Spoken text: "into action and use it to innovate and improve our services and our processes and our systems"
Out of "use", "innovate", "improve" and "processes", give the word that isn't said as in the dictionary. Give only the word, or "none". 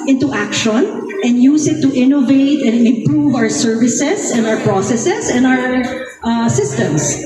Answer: processes